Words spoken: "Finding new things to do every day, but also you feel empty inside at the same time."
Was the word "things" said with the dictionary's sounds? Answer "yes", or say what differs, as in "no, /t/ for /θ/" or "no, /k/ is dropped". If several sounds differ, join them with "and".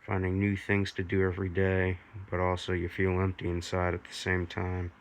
yes